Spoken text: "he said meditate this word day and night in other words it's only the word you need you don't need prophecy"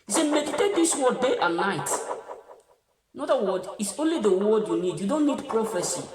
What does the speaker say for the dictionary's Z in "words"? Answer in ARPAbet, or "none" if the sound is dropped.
none